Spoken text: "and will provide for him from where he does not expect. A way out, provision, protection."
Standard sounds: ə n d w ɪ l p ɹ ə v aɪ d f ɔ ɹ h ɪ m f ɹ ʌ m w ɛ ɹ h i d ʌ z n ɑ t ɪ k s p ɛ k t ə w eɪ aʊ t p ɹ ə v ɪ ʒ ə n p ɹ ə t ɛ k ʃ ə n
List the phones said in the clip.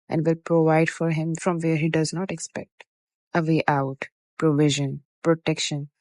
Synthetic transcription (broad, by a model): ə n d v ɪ l p ɹ ə v aɪ d f ɔ ɹ h ɪ m f ɹ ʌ m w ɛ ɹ h i d ʌ z n ɑ t ɪ k s p ɛ k t ə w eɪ aʊ t p ɹ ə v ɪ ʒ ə n p ɹ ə t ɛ k ʃ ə n